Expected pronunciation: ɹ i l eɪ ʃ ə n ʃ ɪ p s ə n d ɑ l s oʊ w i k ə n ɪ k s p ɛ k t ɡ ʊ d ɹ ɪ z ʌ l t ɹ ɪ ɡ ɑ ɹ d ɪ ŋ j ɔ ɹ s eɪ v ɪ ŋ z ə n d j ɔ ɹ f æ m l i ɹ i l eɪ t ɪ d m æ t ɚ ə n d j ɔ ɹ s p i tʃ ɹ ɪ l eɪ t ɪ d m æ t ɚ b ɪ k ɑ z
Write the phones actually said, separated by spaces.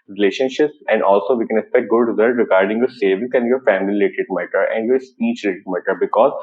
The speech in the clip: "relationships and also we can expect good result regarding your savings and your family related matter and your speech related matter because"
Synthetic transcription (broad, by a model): ɹ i l eɪ ʃ ə n ʃ ɪ p s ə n d ɑ l s oʊ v i k ə n ɪ k s p ɛ k t ɡ ʊ d ɹ ɪ z ʌ l t ɹ ɪ ɡ ɑ ɹ d ɪ ŋ j ɔ ɹ s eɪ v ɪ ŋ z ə n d j ɔ ɹ f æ m i l i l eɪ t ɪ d m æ t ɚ ə n d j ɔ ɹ s p i tʃ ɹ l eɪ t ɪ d m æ t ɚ b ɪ k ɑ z